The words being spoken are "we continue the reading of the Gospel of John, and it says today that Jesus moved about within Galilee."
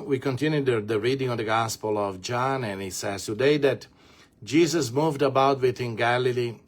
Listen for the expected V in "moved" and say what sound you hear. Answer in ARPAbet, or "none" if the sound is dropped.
V